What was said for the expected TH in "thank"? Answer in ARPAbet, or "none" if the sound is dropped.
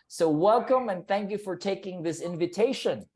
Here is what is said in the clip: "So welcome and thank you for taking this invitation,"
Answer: TH